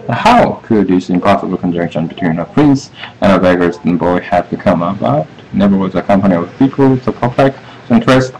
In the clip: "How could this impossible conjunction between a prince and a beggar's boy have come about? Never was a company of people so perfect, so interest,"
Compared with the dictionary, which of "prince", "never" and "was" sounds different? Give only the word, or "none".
none